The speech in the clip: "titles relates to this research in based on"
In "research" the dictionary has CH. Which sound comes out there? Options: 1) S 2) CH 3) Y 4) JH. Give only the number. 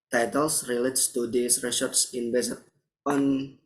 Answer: 1